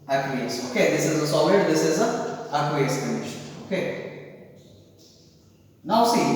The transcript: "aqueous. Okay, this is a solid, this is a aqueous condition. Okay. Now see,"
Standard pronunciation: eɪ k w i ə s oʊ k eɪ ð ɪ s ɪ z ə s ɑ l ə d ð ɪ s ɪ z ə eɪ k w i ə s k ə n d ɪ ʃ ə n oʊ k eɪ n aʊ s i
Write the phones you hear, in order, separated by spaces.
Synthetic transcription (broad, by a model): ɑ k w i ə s oʊ k eɪ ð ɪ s ɪ z ə s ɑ w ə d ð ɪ s ɪ z ə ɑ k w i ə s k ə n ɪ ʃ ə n oʊ k eɪ n aʊ s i